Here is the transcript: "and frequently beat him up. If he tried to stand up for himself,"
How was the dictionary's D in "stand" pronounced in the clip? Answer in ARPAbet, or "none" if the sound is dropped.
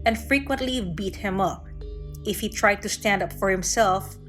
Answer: D